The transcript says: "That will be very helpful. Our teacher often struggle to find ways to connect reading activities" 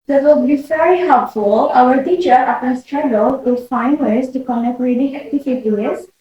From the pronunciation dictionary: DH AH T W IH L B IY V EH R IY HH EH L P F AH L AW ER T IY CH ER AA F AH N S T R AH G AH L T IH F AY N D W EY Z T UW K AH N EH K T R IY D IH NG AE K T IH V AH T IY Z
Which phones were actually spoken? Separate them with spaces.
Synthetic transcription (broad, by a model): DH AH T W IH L B IY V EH R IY HH EH L P F AH L AW ER T IY CH ER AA P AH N S T R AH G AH L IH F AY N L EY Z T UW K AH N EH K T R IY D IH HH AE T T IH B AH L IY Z